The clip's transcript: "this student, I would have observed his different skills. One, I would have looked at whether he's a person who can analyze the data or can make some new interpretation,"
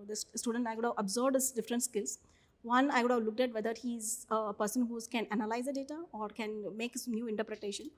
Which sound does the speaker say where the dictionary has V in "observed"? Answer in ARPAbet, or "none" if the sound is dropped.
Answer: none